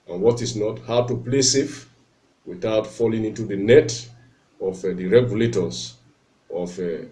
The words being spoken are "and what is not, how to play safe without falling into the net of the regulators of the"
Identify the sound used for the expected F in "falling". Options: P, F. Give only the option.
F